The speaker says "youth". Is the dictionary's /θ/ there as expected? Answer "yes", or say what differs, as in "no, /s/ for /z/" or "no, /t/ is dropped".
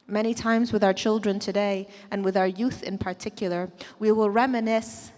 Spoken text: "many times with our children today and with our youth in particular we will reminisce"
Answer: yes